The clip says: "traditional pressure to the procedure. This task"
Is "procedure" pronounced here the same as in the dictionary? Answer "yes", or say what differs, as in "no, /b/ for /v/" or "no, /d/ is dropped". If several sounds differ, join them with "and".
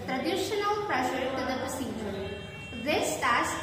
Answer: no, /ɹ/ is dropped